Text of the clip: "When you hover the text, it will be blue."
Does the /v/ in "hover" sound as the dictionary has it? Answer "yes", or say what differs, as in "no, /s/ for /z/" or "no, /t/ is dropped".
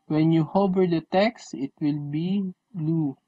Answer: no, /b/ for /v/